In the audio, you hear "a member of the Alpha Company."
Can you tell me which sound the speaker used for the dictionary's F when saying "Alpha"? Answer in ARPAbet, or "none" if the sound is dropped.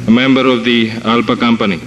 P